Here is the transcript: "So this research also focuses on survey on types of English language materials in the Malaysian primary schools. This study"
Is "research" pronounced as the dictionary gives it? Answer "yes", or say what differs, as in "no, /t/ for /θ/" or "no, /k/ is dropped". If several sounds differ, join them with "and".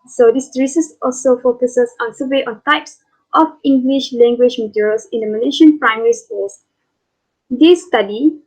no, /s/ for /tʃ/